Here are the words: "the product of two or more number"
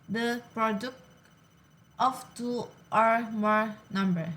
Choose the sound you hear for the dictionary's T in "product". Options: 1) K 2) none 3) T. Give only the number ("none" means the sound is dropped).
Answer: 3